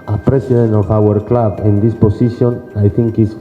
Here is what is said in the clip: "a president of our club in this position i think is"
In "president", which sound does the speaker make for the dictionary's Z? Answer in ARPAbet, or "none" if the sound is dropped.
S